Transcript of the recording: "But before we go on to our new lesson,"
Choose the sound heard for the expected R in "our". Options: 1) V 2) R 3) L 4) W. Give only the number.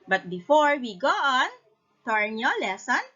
2